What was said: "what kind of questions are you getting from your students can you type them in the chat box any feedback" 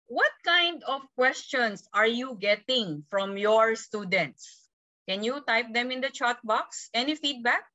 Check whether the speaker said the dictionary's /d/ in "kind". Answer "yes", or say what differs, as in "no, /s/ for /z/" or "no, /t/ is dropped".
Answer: yes